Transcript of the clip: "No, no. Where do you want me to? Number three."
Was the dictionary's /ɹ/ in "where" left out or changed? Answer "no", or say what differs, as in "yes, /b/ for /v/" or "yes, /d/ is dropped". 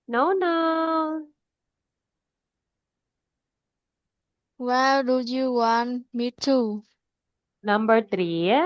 yes, /l/ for /ɹ/